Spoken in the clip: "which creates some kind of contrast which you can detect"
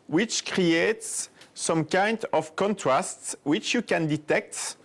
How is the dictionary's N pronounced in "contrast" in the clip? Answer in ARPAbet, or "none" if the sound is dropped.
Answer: N